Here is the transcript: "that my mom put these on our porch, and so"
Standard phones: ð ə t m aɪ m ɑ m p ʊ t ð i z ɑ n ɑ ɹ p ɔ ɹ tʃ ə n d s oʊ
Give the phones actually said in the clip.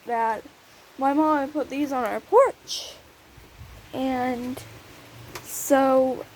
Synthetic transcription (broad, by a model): ð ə t m aɪ m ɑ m p ʊ t ð i z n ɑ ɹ p ɔ ɹ tʃ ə n s oʊ